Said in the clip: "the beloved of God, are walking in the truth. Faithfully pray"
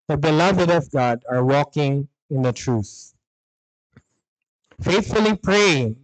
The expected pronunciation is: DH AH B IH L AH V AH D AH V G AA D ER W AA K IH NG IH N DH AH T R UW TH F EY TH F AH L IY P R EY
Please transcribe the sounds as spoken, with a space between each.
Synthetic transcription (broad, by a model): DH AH B IH L AH V AH D AH V G AA D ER W AA K IH NG IH N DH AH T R UW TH F EY TH F AH L IY P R EY